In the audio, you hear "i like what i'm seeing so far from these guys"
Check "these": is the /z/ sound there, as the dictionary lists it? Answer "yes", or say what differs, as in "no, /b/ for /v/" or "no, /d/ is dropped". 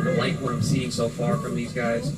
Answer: yes